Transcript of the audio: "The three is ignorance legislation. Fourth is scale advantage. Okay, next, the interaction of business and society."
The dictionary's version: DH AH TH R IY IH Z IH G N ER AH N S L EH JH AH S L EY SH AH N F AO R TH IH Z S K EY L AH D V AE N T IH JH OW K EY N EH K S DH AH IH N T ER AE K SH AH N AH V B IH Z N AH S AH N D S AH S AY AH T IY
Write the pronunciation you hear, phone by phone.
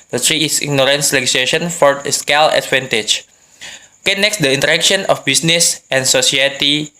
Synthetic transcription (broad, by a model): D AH T R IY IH S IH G N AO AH N S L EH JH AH S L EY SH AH N F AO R S K EY L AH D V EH N T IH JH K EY N EH K S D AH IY N T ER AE K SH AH N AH F B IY S N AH S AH N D S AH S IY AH T IY